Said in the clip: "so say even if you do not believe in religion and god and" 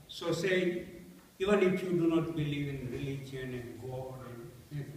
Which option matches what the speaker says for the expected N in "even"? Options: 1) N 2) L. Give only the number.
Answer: 1